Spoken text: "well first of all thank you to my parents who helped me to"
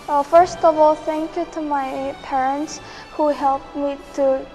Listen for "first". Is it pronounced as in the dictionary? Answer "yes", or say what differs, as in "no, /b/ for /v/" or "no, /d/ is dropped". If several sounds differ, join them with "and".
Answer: yes